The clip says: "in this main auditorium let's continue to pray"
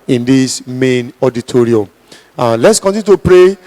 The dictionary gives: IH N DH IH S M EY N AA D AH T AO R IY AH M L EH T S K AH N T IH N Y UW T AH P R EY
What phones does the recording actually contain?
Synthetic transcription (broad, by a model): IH N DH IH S M EY N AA D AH T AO R IY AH M L EH T S K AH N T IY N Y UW T AH P R EY